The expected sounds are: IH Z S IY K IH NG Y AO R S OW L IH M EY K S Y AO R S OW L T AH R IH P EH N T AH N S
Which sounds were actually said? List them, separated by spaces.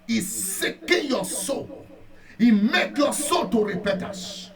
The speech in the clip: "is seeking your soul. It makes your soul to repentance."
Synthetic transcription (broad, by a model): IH S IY K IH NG Y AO S OW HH IH M EY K Y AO S OW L T AH R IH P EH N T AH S